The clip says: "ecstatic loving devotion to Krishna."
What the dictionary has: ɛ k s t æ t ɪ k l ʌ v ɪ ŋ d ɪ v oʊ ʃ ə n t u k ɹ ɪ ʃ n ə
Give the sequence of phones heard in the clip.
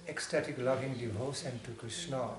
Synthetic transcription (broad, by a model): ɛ k s t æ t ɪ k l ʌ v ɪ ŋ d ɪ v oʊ s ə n t u k ɹ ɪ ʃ n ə